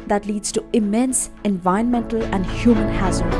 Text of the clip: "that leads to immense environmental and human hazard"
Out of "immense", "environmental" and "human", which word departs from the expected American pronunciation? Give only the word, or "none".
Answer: environmental